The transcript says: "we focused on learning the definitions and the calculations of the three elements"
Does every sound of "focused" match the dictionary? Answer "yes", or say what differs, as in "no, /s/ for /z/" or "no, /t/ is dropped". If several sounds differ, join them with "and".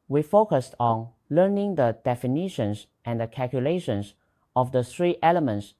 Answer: yes